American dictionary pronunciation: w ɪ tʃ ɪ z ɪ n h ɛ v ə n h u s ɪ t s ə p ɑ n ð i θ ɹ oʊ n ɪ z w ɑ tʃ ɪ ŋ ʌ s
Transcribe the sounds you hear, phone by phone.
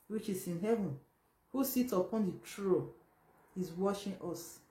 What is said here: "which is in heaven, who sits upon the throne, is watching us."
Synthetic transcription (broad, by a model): w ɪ tʃ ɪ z ɪ n h ɛ v ə n h u s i t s ə p ɑ n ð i t ɹ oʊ ɪ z w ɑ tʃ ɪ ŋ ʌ s